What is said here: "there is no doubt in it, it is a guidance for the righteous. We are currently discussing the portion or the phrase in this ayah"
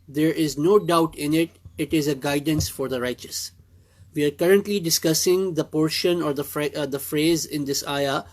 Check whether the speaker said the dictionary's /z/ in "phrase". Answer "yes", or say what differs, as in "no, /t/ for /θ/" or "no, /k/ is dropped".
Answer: yes